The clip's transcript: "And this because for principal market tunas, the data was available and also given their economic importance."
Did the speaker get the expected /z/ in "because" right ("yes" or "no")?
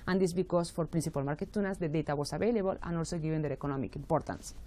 no